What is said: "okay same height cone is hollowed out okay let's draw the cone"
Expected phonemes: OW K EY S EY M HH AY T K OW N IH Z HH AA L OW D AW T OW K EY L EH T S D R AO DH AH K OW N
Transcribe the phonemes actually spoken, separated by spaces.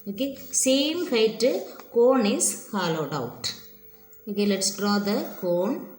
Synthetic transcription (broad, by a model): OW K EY S EY M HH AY T K OW N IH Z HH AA L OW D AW T OW K EY L EH T S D R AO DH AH K OW N